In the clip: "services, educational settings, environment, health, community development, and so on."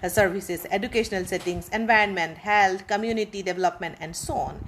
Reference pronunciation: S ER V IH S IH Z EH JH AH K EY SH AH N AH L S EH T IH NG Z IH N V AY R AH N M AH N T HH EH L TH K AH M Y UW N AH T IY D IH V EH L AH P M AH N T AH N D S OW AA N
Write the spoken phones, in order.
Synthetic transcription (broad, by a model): S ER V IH S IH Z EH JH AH K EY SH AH N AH L S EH T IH NG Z IH N V AY R AH N M AH N T HH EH L T K AH M Y UW N AH T IY D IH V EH L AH P M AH N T AH N D S OW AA N